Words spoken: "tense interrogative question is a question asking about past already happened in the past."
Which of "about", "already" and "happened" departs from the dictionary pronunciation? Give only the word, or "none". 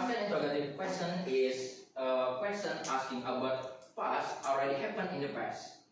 happened